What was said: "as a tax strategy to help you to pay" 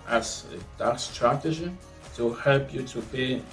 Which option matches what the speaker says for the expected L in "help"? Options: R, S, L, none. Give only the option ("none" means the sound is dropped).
L